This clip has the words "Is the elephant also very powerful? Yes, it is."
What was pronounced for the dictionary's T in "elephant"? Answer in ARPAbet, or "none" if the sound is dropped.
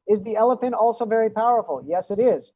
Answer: T